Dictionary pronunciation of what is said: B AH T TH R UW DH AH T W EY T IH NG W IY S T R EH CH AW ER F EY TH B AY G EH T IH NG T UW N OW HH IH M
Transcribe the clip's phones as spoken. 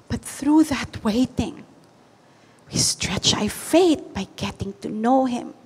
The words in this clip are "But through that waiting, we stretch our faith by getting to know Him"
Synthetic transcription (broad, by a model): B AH T TH R UW DH AH T W EY T IH NG W IY S T R EH CH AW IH F EY T B AY G EH T IH NG T UW N OW HH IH M